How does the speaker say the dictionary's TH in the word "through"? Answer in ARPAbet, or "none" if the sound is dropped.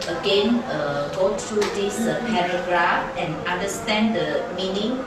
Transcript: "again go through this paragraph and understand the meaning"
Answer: T